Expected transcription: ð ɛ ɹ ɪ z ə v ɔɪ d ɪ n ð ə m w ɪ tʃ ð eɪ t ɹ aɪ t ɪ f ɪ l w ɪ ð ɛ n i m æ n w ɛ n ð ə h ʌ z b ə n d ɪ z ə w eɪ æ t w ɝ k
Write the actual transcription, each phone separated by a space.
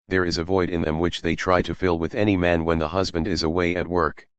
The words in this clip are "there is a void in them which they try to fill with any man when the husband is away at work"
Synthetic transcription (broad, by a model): ð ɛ ɹ ɪ z ə v ɔɪ d ɪ n ð ə m w ɪ tʃ ð eɪ t ɹ aɪ t ɪ f ɪ l w ɪ ð ɛ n i m æ n w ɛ n ð ə h ʌ z b ə n d ɪ z ə w eɪ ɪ t w ɝ k